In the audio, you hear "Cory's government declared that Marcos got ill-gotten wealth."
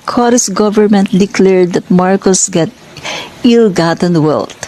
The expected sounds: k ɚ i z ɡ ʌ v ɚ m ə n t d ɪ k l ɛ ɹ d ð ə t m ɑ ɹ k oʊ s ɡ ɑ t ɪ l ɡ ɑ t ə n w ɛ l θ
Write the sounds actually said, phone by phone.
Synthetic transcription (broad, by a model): k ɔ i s ɡ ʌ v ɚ m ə n t d ɪ k l ɛ ɹ d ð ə t m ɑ ɹ k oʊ s ɡ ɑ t ɪ l ɡ ɑ t ə n w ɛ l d